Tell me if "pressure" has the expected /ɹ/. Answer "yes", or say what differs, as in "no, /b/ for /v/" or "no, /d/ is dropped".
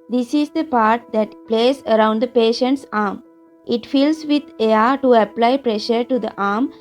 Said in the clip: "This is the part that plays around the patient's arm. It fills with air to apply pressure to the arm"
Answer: yes